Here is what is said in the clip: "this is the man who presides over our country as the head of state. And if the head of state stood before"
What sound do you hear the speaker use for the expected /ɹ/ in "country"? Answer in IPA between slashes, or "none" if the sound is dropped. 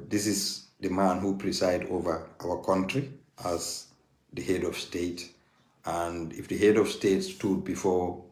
/ɹ/